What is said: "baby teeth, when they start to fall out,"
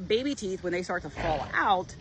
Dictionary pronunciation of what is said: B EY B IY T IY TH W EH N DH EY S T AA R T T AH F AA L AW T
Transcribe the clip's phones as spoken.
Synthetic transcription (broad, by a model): B EY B IY T IY TH W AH N DH EY S T AA R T T AH F AA L AW T